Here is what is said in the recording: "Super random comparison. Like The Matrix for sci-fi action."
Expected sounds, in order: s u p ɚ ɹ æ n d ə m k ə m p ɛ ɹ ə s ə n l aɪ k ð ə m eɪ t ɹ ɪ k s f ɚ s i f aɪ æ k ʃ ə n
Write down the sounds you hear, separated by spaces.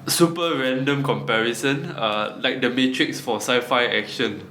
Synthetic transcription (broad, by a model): s u p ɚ ɹ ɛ n d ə m k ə m p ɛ ɹ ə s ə n l aɪ k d ə m eɪ t ɹ ɪ k s f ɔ s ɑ f aɪ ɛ k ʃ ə n